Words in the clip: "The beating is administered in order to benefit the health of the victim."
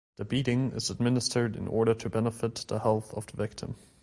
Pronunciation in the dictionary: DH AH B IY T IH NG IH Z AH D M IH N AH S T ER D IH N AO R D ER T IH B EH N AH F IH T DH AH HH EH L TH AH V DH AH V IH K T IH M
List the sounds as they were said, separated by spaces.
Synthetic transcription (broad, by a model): DH AH B IY T IH NG IH Z AH D M IH N AH S T ER D IH N AO R D ER T IH B EH N AH F IH T DH AH HH EH L TH AH V DH AH V IH K T IH M